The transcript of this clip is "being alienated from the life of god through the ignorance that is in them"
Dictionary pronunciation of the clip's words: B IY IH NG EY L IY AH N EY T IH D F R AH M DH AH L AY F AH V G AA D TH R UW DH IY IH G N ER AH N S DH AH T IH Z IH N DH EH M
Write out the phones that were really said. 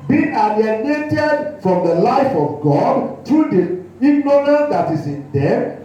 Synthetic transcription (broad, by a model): B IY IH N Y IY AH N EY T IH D F R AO M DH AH L AY F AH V G AA D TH R UW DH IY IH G N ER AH N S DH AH T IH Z IH N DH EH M